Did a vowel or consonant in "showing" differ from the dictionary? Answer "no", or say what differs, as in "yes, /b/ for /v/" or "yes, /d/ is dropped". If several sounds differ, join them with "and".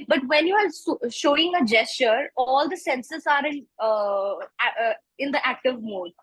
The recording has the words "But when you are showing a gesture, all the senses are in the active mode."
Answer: no